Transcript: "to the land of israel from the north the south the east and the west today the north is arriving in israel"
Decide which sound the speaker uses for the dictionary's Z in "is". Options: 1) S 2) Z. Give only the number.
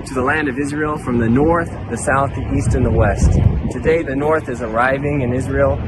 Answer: 2